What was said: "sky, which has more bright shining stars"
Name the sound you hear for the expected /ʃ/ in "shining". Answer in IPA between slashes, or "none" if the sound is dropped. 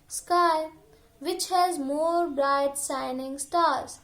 /s/